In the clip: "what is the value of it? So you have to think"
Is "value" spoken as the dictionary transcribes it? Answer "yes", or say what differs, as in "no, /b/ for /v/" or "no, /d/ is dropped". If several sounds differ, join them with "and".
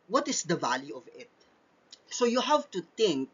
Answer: yes